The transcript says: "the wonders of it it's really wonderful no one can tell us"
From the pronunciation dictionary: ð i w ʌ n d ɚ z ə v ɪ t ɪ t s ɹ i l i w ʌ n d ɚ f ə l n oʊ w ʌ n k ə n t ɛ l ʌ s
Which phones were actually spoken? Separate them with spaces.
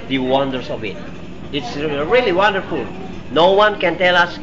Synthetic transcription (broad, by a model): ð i w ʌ n d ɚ s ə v ɪ t ɪ t s ɹ i l i w ʌ n d ɚ f ə l n oʊ w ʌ n k ə n t ɛ l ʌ s